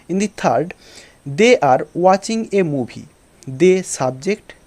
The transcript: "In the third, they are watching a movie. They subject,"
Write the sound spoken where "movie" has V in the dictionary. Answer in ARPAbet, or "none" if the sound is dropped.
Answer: B